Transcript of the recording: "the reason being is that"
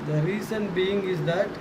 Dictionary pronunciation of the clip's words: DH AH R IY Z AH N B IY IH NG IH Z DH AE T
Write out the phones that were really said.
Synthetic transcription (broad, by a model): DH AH R IY S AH N B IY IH NG IH Z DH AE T